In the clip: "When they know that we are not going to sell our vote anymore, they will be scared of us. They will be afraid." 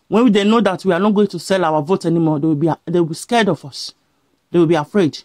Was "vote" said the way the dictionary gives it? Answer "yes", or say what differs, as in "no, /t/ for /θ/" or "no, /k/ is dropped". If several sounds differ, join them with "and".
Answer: yes